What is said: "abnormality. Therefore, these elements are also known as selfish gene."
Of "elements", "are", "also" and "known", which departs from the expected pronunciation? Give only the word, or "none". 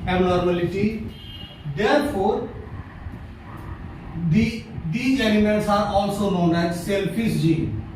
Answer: elements